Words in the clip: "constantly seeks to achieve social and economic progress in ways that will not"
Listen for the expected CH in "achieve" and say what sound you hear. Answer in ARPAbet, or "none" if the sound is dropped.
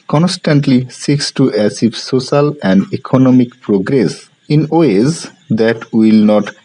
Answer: S